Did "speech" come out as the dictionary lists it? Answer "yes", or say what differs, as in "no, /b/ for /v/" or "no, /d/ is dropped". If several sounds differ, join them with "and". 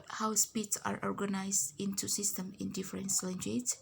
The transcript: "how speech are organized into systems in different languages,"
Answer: no, /s/ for /tʃ/